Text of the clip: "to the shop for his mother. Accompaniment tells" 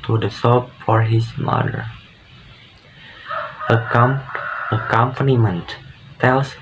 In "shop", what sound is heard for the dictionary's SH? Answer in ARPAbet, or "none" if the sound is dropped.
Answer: S